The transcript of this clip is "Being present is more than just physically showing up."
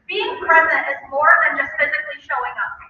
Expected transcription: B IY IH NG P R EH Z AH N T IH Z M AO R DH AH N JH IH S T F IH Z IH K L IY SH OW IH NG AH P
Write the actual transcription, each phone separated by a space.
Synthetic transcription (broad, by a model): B IY IH NG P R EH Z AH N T IH Z M AO R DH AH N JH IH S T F IH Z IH K L IY SH OW IH NG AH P